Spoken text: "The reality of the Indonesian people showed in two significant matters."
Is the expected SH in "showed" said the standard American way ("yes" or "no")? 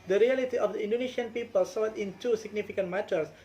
no